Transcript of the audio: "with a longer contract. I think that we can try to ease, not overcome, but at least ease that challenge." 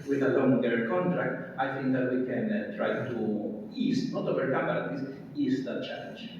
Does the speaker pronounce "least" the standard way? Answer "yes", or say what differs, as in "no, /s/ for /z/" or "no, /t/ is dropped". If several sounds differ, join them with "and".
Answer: no, /w/ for /l/ and /t/ is dropped